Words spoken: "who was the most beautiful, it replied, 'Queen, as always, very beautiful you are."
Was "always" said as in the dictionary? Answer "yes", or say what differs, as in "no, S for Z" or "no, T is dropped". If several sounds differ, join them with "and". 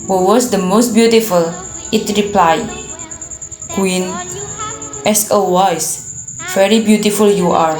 no, L is dropped and S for Z